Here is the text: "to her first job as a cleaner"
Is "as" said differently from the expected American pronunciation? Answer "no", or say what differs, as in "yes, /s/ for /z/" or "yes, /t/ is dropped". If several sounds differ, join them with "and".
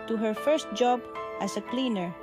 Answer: yes, /s/ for /z/